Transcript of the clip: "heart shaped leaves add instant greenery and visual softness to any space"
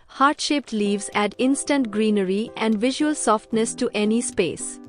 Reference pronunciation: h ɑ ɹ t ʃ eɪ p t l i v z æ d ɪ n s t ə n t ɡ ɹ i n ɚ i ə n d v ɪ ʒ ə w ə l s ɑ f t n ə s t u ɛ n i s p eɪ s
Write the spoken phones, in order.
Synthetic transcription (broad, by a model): h ɑ ɹ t ʃ eɪ p t l i v z æ d ɪ n s t ə n t ɡ ɹ i n ɚ i ə n d v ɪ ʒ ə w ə l s ɑ f t n ə s t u ɛ n i s p eɪ s